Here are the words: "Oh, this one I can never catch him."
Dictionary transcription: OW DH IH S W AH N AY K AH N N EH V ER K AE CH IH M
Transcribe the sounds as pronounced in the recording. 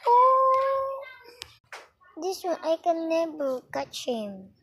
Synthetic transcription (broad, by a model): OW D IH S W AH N AY K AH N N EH B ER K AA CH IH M